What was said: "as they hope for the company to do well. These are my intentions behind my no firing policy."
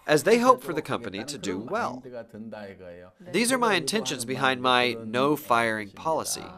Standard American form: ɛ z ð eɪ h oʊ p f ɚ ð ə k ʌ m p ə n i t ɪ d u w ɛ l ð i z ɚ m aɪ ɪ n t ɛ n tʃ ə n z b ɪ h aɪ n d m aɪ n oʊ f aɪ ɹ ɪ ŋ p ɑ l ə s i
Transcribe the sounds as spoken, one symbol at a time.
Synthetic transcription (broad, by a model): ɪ z ð eɪ h oʊ p f ɚ ð ə k ʌ m p ə n i t ɪ d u w ɛ l ð i z ɚ m aɪ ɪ n t ɛ n ʃ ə n z b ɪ h aɪ n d m aɪ n oʊ f aɪ ɹ ɪ ŋ p ɑ l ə s i